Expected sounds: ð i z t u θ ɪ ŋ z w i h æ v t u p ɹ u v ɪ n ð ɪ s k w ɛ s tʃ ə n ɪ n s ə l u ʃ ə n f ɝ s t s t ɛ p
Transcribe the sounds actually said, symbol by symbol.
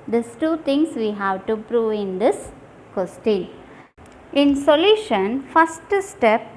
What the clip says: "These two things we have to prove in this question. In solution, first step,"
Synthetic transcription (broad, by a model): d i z t u t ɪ ŋ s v i h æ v t u p ɹ u v ɪ n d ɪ s k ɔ s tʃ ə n ɪ n s ə l u ʃ ə n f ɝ s t s t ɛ p